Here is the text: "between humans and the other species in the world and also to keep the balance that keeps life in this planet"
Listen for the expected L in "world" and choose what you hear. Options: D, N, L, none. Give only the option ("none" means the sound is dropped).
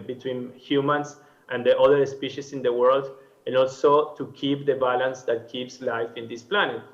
L